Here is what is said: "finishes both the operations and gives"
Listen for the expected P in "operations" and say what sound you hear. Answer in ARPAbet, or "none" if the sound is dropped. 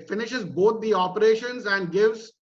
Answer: P